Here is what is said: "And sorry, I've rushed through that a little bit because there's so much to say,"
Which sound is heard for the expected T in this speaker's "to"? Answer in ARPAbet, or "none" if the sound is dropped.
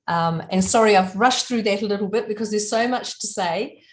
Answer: T